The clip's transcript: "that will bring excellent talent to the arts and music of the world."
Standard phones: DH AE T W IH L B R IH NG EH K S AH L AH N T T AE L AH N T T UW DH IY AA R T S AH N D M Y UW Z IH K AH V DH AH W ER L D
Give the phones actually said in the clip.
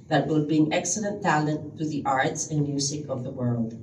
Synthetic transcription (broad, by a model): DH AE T W IH L B IY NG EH K S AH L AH N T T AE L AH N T T UW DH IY AA R T S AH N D M Y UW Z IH K AH V DH AH W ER L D